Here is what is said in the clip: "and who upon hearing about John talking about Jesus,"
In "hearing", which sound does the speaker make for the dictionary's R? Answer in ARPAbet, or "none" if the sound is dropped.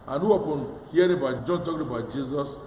none